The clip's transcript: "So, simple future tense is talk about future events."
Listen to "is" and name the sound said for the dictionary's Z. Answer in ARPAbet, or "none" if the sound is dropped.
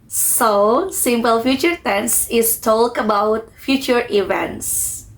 S